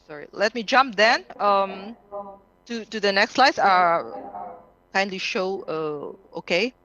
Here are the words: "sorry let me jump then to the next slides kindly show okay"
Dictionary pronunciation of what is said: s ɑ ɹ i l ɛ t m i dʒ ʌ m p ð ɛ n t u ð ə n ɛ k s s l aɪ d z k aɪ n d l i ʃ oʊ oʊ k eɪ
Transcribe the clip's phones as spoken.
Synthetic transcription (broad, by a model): s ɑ ɹ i l ɛ t m i dʒ ʌ m p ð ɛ n t u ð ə n ɛ k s s l aɪ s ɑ k aɪ n d l i ʃ oʊ oʊ k eɪ